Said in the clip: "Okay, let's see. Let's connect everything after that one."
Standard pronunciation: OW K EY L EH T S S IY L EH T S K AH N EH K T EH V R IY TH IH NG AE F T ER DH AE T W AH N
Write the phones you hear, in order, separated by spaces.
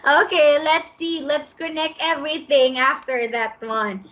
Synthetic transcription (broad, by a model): OW K EY L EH T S S IY L EH T S K AH N EH K T EH V R IY TH IH NG AE F T ER DH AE T W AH N